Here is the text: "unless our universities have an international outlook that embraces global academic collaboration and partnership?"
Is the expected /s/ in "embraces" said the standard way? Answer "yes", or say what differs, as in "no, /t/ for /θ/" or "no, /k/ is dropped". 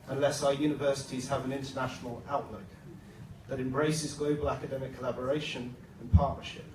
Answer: yes